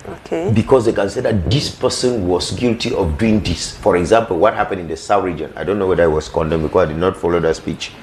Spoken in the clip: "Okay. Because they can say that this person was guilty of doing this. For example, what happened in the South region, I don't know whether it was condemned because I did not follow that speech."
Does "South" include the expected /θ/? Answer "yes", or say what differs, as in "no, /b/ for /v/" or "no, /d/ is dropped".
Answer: no, /t/ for /θ/